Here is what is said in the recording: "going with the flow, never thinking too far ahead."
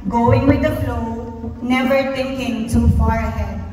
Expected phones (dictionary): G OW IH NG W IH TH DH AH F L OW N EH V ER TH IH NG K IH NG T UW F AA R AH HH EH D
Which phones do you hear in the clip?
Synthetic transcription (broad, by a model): G OW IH NG W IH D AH F L OW N EH V ER T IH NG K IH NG T UW F AA R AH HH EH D